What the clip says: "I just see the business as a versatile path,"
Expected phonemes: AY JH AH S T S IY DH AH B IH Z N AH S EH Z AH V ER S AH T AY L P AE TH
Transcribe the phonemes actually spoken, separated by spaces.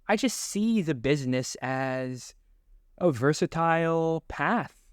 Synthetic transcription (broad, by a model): AY JH AH S T S IY DH AH B IH Z N AH S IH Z AH V ER S AH T AY L P AE TH